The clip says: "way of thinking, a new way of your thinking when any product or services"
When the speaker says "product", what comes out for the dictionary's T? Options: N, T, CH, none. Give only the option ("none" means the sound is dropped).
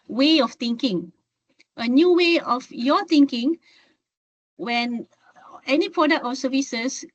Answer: T